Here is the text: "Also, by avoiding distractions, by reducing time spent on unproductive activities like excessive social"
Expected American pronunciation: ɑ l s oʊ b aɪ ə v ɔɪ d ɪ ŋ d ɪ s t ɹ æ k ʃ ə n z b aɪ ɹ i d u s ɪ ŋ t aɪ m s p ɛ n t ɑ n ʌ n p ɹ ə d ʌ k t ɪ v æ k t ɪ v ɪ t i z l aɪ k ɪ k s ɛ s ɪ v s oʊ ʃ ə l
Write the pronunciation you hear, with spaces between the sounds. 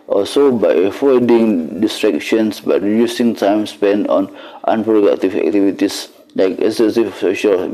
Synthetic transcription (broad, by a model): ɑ l s oʊ b aɪ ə f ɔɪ d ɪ ŋ d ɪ s t ɹ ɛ k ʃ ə n s b aɪ ɹ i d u s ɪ ŋ t aɪ m s p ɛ n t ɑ n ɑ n p ɹ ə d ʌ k t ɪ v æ k t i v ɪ t i s l aɪ k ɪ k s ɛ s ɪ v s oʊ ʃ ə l